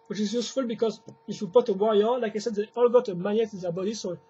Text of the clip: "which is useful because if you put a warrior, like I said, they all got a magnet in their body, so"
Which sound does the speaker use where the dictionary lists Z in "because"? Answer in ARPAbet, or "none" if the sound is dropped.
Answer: Z